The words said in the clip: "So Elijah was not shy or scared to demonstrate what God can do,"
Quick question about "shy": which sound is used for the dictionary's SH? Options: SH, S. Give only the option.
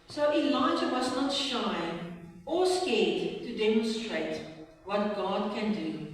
SH